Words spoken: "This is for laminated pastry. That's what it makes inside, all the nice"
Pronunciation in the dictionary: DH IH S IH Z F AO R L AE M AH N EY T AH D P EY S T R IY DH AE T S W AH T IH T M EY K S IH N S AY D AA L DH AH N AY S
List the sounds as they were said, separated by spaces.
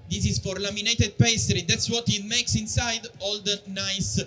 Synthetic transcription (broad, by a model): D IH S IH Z F AO R L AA M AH N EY T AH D P EY S T R IY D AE T S W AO T IH T M EY K S IH N S AY D AA L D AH N AY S